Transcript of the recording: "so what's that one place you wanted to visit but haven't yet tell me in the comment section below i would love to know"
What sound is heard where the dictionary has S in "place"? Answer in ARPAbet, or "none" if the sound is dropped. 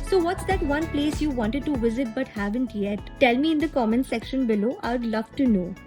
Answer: S